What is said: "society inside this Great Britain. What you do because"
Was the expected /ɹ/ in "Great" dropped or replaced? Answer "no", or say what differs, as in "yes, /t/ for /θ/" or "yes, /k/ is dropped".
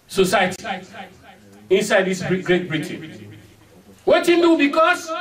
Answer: no